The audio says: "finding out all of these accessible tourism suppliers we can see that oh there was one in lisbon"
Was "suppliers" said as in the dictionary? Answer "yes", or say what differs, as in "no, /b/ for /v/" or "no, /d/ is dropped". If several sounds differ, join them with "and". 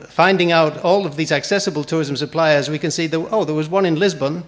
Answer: yes